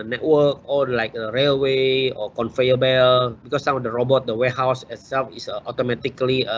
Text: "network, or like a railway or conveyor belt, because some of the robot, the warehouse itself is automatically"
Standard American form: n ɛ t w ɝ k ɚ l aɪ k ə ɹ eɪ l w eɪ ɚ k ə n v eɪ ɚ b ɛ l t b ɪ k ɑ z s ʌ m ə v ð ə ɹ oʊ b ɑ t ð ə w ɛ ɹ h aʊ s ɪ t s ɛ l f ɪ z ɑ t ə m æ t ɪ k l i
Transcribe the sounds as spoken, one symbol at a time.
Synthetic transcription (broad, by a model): n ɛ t w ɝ k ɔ l aɪ k ə ɹ eɪ l w eɪ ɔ k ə n f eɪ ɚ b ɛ l b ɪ k ɑ s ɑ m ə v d ə ɹ oʊ b ɑ t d ə w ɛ h aʊ s ɪ t s ɛ l f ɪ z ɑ t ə m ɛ t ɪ k l i